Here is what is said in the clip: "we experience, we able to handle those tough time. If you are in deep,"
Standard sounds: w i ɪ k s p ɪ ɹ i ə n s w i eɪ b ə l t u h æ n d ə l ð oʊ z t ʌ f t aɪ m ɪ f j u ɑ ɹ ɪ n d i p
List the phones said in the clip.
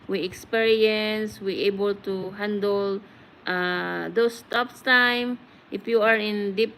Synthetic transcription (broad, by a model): w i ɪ k s p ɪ ɹ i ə n s w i eɪ b ə l t u h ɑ n d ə l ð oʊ s t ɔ p t aɪ m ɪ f j u ɑ ɹ ɪ n d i p